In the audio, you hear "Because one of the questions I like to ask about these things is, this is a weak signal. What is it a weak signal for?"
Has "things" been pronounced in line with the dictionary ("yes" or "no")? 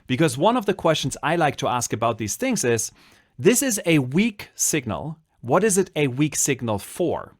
yes